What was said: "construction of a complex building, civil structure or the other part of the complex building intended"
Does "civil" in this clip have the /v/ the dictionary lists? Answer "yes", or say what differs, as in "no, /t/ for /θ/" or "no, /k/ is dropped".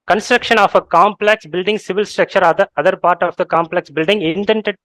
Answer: yes